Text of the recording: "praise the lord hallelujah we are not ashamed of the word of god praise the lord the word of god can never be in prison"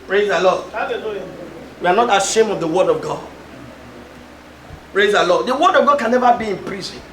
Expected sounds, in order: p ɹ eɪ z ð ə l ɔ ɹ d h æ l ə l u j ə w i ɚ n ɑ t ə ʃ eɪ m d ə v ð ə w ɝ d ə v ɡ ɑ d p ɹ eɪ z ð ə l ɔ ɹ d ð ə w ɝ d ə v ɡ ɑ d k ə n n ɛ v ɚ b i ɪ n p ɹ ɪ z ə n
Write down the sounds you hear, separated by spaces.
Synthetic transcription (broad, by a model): p ɹ eɪ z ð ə l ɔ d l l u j w i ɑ n ɑ t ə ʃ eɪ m ə v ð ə w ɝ d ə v ɡ ɑ d p ɹ eɪ z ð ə l ɔ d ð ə w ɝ d ə v ɡ ɑ d k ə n n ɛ v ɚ b i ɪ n p ɹ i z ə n